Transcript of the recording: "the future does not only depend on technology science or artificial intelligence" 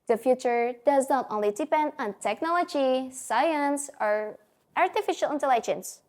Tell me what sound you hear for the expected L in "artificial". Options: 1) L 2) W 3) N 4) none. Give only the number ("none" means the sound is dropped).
1